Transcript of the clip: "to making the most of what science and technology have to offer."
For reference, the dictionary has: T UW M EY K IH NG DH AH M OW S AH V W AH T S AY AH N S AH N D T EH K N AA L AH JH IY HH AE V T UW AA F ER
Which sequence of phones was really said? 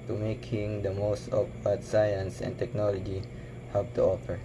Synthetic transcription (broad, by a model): T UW M EY K IH NG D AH M OW S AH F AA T S AY AH N S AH N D T EH K N AA L AH JH IY HH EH P T UW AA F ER